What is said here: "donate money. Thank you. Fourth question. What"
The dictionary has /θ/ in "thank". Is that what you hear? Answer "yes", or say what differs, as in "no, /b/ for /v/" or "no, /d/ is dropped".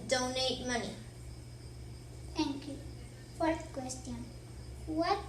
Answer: no, /t/ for /θ/